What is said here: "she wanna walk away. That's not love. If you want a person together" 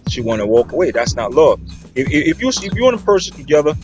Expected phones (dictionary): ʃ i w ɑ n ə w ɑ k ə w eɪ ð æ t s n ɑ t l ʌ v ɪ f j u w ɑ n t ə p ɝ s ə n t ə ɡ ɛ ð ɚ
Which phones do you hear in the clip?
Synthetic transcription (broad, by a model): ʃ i w ɑ n ə w ɑ k ə w eɪ ð æ t s n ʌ t l ʌ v ɪ f j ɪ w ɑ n ə p ɝ s ə n t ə ɡ ɛ ð ɚ